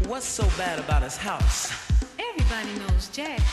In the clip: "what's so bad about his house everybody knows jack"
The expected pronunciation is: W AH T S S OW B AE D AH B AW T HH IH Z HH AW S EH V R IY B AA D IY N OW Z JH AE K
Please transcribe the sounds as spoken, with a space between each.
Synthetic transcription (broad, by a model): W AH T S S OW B AE D AH B AW T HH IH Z HH AW S EH V R IY B AA D IY N OW Z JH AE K